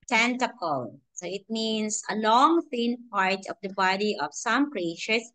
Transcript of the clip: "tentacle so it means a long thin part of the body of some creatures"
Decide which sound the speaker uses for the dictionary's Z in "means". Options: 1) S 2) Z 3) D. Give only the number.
1